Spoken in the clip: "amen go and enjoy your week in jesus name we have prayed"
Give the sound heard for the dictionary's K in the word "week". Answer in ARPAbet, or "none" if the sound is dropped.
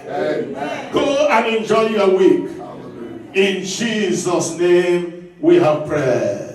K